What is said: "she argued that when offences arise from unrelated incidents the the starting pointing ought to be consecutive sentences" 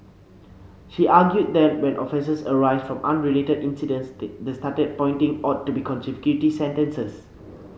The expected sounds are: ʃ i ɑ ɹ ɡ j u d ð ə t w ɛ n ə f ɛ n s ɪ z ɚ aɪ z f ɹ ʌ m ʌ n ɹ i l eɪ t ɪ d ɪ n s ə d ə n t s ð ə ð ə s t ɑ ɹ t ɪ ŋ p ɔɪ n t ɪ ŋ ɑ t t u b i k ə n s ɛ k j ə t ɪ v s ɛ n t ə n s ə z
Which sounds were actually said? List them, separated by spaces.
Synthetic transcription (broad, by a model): ʃ i ɑ ɡ j u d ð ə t w ɛ n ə f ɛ s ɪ s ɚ aɪ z f ɹ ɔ m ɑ n ɹ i l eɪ t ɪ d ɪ n s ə d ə n s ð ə s t ɑ t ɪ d p ɔɪ n t ɪ ŋ ɑ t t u b i k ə n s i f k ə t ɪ s ɛ n t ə n s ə s